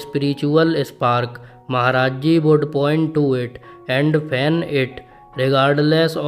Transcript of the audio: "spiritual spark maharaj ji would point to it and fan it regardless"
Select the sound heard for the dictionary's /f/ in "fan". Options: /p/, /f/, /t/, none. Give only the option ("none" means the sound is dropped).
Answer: /p/